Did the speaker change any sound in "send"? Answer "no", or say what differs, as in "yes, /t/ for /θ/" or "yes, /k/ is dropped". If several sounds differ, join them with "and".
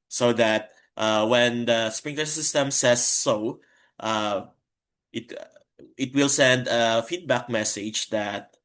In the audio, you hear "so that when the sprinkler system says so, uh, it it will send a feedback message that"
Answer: no